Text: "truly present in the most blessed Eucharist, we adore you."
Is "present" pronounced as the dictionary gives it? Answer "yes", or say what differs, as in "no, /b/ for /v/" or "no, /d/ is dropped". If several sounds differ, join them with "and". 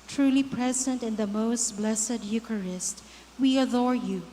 yes